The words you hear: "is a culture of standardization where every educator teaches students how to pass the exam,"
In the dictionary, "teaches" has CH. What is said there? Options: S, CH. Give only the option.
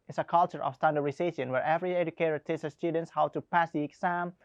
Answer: S